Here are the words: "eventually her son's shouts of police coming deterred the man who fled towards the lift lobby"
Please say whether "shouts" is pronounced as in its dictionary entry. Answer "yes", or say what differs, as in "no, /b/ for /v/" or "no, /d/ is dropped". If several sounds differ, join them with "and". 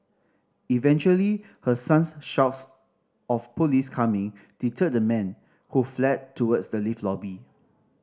yes